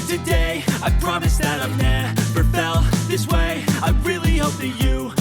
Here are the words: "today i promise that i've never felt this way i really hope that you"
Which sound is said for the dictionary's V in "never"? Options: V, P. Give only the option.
P